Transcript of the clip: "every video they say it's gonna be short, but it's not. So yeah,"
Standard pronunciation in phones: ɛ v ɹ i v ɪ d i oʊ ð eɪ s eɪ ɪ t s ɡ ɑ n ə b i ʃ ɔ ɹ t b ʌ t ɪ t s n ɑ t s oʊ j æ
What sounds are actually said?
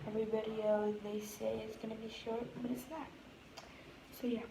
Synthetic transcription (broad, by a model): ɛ v ɹ i b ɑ d i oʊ ð eɪ s eɪ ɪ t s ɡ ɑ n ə b i ʃ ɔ ɹ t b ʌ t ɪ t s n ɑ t s oʊ j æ